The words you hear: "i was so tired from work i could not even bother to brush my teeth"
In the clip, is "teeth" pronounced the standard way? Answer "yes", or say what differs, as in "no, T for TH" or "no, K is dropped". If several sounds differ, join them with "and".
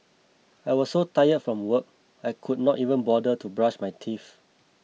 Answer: no, F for TH